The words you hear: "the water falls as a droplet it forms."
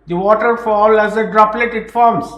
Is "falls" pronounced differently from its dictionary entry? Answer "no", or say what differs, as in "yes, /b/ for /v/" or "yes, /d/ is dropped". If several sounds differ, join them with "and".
yes, /z/ is dropped